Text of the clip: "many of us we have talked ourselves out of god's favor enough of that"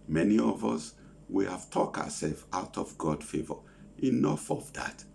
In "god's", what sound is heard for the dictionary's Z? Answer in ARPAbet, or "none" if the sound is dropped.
none